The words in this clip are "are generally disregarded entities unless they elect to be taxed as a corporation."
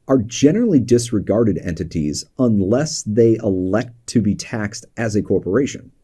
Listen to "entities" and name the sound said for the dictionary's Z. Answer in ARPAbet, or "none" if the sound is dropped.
Z